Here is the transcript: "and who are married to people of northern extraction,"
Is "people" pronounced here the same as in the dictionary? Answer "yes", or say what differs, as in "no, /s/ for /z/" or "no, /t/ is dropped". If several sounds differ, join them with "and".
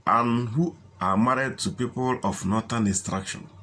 yes